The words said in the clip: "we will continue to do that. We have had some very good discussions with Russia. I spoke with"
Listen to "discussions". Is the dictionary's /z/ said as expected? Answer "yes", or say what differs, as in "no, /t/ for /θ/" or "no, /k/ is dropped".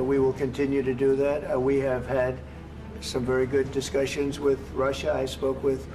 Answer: yes